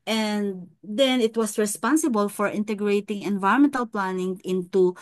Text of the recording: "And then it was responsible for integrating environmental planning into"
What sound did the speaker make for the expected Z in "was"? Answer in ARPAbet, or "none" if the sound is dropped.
S